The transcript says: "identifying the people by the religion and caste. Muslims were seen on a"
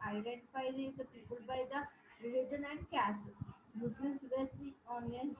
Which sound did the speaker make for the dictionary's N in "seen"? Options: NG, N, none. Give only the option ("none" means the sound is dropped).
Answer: none